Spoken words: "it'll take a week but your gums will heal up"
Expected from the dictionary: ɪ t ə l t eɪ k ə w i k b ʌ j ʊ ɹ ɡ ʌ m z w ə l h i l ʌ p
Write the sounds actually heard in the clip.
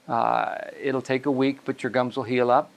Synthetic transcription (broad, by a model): ɪ t l t eɪ k ə w i k b ʌ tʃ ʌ ɹ ɡ ʌ m z w ə l h i l ʌ p